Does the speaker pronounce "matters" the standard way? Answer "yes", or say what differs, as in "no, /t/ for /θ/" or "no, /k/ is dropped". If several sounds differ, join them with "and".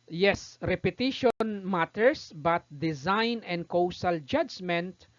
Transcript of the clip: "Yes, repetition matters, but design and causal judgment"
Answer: no, /s/ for /z/